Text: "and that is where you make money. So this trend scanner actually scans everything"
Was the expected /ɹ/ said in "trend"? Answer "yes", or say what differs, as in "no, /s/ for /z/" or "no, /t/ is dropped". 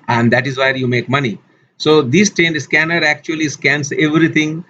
no, /ɹ/ is dropped